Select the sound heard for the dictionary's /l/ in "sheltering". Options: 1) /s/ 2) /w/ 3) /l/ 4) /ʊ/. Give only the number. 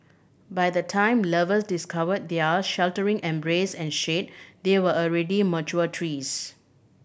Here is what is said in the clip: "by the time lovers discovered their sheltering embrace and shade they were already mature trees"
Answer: 3